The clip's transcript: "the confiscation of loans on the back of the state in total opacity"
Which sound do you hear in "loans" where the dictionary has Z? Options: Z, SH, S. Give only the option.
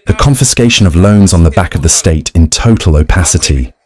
Z